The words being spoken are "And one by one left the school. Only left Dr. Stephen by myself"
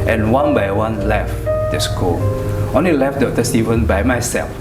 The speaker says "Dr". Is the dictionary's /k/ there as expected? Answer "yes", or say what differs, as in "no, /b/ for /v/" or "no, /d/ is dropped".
no, /k/ is dropped